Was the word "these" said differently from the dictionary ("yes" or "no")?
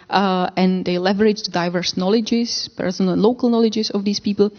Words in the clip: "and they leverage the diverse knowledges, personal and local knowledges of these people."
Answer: yes